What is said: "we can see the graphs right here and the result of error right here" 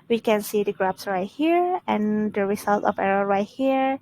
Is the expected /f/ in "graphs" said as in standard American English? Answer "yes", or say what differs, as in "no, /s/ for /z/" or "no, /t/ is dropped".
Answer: no, /p/ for /f/